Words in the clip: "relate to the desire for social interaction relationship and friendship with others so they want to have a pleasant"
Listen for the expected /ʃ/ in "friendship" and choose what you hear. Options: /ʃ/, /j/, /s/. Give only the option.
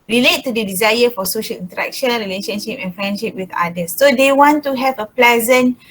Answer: /ʃ/